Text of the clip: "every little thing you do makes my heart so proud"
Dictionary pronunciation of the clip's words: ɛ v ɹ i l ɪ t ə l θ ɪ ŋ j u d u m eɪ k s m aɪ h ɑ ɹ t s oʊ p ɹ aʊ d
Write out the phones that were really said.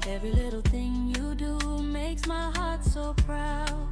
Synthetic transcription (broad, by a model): ɛ v ɹ i l ɪ t l θ ɪ ŋ j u d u m eɪ k s m aɪ h ɑ ɹ t s oʊ p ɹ aʊ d